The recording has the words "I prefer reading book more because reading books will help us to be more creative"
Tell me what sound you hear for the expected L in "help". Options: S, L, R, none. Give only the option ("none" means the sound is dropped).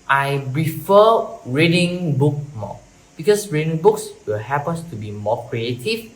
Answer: none